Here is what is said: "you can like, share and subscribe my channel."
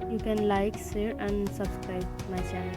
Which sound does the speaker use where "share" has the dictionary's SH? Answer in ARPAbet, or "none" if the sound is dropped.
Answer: S